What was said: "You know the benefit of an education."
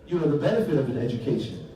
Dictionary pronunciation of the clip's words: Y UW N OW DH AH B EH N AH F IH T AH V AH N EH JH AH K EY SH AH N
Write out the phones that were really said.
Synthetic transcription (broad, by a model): Y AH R DH AH B EH N AH F IH T AH V AH N EH JH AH K EY SH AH N